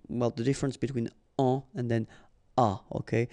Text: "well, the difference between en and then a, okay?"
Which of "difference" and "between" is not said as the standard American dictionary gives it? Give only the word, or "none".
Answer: none